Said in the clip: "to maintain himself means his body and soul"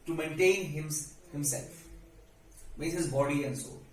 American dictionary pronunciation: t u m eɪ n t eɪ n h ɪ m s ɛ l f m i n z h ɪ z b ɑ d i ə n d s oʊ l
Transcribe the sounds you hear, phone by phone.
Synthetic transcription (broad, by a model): t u m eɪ n t eɪ n h ɪ m s ɛ l f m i z h ɪ z b ɑ d i ə n d s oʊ